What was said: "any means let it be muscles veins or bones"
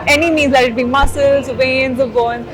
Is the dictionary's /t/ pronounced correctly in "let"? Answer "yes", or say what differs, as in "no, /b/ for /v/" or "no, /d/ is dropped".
no, /t/ is dropped